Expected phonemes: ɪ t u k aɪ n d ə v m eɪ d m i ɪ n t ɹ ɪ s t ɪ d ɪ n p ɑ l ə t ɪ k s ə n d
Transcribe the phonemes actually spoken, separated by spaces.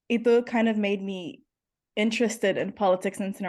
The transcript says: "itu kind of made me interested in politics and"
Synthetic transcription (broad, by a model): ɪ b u k aɪ n d ə v m eɪ d m i ɪ n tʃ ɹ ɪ s t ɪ d ɪ n p ɑ l ə t ɪ k s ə n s